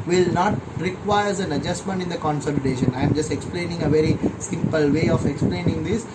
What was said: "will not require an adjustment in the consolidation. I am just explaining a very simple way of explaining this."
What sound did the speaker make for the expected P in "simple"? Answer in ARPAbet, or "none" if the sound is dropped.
P